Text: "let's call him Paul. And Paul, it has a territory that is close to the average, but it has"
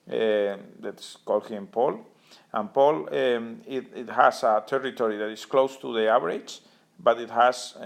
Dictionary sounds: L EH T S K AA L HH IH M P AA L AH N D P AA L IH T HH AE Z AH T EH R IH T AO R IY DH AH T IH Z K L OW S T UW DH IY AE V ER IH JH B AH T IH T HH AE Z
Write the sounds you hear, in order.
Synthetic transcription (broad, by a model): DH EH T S K AA L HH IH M P AA L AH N P AA L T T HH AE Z AH T EH R IH T AO R IY DH AH T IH S K L OW S T UW DH IY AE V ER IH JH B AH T IH T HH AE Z